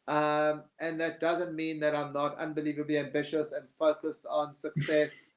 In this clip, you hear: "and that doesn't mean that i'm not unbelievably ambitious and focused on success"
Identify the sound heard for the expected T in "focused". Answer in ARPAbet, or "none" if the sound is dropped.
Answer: T